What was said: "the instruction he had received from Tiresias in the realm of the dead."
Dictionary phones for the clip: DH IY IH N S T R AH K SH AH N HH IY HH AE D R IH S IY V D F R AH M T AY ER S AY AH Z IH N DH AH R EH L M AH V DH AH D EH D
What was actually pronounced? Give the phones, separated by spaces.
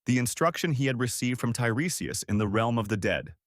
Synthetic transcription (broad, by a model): DH IY IH N S T R AH K SH AH N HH IY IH D R IH S IY V D F R AH M T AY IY S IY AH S IH N DH AH R EH L M AH V DH AH D EH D